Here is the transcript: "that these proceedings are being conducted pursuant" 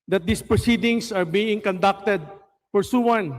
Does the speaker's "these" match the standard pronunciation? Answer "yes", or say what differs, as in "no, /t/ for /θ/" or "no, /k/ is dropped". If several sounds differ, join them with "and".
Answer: no, /s/ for /z/